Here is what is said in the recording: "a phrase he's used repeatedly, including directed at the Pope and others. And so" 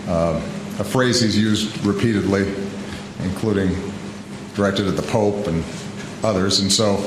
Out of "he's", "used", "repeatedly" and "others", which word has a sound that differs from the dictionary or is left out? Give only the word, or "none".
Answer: none